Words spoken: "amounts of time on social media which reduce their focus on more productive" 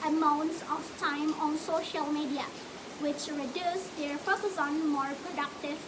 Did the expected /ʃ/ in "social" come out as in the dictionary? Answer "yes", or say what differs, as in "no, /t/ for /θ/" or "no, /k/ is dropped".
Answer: yes